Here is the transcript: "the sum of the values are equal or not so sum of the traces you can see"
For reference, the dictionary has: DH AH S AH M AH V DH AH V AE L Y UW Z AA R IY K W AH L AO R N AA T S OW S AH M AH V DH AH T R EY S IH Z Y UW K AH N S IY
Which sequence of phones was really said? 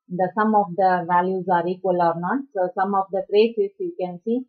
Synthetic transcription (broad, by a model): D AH S AH M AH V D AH V AE L Y UW Z AA R IY K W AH L AO R N AA T S OW S AH M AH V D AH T R EY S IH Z Y UW K AH N S IY